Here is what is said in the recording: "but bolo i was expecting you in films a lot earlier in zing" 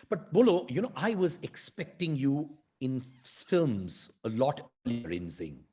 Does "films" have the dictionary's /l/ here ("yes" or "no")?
yes